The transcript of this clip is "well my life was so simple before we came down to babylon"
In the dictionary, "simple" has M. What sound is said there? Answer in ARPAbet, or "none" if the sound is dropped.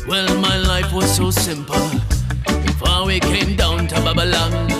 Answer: M